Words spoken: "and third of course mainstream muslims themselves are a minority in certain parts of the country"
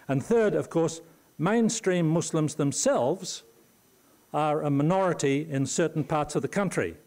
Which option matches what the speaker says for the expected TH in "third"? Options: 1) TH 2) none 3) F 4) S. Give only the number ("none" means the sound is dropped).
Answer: 1